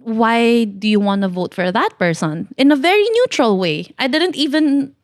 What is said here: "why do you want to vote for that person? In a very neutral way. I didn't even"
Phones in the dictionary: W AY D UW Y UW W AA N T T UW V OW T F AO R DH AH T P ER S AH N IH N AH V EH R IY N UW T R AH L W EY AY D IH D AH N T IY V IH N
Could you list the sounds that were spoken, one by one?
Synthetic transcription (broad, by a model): W AY D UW Y UW W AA N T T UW V OW T F AO R DH AH T P ER S AH N IH N AH V EH R IY N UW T R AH L W EY AY D IH D AH N T IY V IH N